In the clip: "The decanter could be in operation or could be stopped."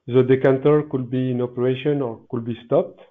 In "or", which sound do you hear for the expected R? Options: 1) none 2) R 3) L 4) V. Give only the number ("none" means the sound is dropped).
2